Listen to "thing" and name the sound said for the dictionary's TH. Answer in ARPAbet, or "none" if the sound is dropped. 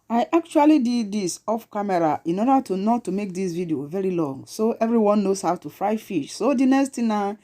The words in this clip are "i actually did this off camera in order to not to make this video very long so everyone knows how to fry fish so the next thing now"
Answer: T